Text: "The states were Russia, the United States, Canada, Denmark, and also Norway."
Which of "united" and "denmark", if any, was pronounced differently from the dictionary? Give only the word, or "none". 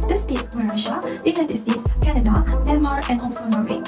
denmark